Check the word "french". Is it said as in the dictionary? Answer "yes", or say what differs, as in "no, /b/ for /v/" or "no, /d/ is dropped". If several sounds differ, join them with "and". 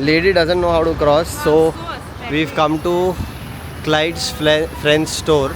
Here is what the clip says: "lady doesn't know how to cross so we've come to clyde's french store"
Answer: no, /s/ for /tʃ/